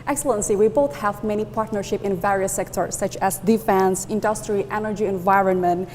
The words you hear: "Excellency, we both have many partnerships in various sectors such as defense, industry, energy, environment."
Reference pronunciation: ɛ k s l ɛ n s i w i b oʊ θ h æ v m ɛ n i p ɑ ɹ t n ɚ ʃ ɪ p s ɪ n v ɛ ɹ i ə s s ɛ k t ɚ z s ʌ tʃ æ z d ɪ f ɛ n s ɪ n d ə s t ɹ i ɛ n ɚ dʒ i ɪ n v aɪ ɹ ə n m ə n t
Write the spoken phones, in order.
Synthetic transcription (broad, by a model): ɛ k s l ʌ n s i w i b oʊ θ h æ v m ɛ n i p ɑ ɹ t n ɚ ʃ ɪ p ɪ n v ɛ ɹ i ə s s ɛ k t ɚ s ʌ tʃ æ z d ɪ f ɛ n s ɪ n d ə s t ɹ i ɛ n ɚ dʒ i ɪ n v aɪ ɹ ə n m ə n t